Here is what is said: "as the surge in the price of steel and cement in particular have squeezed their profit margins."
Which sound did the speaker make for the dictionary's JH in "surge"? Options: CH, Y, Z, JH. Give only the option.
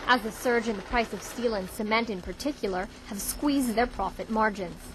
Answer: JH